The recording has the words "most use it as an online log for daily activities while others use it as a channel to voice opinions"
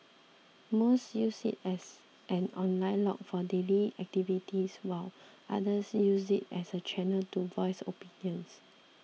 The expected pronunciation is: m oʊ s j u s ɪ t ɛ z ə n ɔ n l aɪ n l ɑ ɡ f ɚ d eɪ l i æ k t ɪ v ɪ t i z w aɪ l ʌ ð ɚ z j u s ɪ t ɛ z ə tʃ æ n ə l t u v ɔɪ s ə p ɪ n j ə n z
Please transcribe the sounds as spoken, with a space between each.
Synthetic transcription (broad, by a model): m oʊ s j u s ɪ t ɛ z ə n ɔ n l aɪ n l ɑ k f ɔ d eɪ l i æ k t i v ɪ t i s w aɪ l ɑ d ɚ s j u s ɪ t ɛ s ə tʃ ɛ n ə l t u v ɔɪ s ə p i n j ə n s